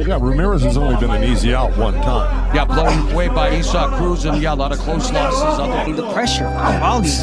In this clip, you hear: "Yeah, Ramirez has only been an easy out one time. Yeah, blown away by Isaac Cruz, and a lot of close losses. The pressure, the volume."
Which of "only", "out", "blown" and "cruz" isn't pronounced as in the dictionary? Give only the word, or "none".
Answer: blown